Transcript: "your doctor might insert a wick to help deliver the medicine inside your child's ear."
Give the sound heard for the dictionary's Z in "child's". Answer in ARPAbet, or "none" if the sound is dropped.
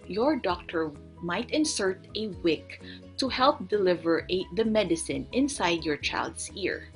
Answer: S